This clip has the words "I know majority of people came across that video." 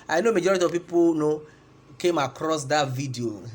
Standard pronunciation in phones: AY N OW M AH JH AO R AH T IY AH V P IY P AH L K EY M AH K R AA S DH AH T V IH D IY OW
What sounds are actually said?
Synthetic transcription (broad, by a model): AY N OW M AH JH AO R AH T IY AH V P IY P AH N K EY M AH K R AA S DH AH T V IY D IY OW